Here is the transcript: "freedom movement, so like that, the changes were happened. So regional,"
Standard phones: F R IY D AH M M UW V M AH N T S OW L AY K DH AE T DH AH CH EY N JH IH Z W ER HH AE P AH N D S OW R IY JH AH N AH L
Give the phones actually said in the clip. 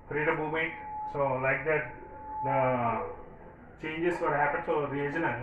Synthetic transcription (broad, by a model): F R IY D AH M M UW M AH T S OW L AY K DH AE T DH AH CH EY N JH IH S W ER HH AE P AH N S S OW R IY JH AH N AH